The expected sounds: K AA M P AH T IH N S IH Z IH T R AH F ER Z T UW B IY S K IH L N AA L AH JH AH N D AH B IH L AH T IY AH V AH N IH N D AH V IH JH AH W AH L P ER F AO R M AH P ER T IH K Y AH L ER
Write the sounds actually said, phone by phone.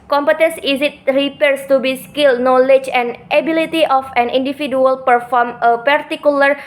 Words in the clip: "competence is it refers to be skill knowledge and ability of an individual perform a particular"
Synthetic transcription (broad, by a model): K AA M P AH T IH N S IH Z IH T R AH P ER S T UW B IY S K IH L N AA L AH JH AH N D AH B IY L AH T IY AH F AH N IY N D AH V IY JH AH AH L P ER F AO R M AH P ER T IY K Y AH L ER